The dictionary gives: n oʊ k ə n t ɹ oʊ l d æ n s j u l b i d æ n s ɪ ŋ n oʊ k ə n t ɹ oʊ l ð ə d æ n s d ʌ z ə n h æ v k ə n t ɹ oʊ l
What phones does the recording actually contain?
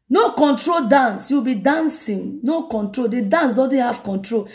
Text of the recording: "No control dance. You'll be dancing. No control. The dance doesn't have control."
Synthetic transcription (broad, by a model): n oʊ k ə n t ɹ oʊ l d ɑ n s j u w b i d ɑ n s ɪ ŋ n oʊ k ə n t ɹ oʊ l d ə d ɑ n s d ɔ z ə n h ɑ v k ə n t ɹ oʊ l